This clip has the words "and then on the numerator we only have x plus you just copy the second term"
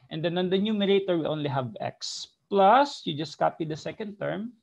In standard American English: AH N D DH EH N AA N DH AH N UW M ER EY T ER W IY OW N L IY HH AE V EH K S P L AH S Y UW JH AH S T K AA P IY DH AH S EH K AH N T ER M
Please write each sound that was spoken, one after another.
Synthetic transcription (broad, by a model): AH N D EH N AA N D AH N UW M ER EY T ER W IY OW N L IY HH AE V EH K S P L AH S Y UW JH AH S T K AA P IY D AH S EH K AH N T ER M